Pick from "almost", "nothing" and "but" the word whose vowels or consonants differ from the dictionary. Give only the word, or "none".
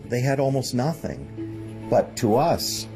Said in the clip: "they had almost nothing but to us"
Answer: none